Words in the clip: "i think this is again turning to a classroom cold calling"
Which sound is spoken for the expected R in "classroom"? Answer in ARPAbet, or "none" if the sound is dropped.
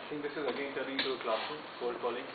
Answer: none